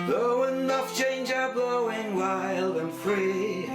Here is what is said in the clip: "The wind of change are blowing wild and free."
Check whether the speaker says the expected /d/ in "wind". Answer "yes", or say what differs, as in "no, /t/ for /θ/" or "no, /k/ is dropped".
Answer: no, /d/ is dropped